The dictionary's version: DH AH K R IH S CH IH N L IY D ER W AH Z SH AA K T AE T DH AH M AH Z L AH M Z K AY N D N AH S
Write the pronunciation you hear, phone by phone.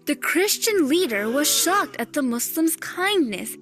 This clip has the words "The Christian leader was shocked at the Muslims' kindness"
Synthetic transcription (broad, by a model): DH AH K R IH S CH IH N L IY D ER W AH Z SH AA K T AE T DH AH M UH S L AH M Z K AY N D N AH S